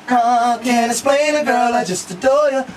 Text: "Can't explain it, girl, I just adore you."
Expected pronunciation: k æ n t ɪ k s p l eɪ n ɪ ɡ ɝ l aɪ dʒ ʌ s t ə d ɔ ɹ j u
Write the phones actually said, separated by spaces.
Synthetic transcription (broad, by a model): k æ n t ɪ s p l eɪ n ɪ ɡ ɝ l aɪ dʒ ʌ s t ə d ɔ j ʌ